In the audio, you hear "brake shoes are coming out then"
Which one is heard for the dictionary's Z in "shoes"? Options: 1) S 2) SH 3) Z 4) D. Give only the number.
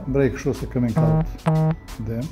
1